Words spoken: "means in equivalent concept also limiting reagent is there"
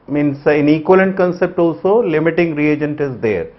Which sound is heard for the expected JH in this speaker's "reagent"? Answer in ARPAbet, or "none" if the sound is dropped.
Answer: JH